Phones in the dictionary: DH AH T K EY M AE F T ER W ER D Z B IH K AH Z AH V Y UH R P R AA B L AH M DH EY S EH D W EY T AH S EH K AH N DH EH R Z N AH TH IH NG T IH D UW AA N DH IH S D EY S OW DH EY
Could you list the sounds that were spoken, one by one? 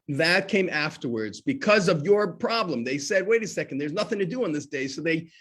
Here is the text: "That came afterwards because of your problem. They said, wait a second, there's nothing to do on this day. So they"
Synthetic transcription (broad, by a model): DH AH T K EY M AE F T ER W ER D Z B IH K AH Z AH V Y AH R P R AA B L AH M DH EY S EH D W EY T AH S EH K N DH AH R Z N AH TH IH NG T IH D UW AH N DH IH S D EY S OW DH EY